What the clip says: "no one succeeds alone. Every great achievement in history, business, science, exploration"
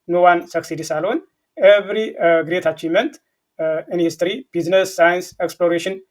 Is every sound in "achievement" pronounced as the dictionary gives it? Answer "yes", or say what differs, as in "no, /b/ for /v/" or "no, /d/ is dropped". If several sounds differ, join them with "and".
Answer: no, /v/ is dropped